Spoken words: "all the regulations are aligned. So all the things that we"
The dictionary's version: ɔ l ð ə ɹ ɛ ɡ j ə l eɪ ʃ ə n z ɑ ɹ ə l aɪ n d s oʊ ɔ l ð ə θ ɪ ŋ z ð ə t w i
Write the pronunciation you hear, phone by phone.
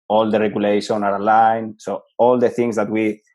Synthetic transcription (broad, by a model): ɔ l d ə ɹ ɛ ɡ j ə l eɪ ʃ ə n ɑ ɹ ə l aɪ n s oʊ ɔ l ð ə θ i ŋ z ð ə t w i